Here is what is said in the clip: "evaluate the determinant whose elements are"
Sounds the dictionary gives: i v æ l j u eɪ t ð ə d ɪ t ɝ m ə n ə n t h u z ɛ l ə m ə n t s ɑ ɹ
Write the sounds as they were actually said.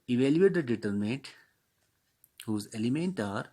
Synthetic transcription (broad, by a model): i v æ l j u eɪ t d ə d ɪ t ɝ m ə n t h u z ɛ l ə m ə n t ɑ ɹ